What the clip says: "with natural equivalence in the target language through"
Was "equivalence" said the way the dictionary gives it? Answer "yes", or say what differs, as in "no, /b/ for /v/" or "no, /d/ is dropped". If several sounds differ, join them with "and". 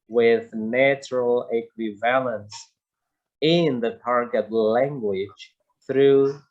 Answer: yes